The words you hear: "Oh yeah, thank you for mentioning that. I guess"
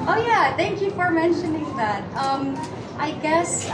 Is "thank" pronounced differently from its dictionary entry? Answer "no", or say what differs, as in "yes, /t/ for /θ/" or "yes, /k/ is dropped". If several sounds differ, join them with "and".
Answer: no